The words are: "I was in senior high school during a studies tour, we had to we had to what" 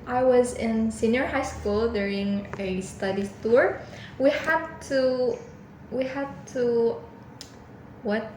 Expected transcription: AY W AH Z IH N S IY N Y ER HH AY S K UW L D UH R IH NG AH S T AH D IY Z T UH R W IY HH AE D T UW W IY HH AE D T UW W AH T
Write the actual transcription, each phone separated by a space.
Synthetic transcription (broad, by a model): AY W AH Z IH N S IY N Y ER HH AY S K UW L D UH R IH NG AH S T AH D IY T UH R W IY HH AE D T UW W IY HH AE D T UW W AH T